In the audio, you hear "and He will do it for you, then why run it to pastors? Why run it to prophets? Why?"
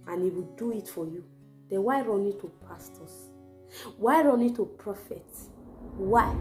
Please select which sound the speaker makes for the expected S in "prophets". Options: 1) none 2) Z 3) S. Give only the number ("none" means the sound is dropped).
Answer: 1